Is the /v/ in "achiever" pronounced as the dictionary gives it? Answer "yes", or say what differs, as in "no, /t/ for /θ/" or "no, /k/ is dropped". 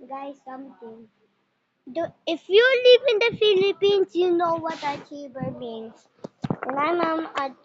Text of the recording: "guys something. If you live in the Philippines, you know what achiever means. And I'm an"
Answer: no, /b/ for /v/